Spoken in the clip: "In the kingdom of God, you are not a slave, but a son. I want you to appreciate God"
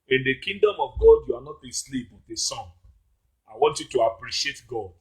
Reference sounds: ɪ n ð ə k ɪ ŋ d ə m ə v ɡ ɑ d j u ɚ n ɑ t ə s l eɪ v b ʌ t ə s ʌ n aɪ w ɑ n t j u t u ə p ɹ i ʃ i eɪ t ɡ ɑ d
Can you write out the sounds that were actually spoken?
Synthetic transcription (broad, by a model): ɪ n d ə k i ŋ d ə m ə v ɡ ɑ d j u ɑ n ɑ t ə s l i p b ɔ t ə s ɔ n aɪ w ɑ n t j u t u ə p ɹ i ʃ i eɪ t ɡ ɑ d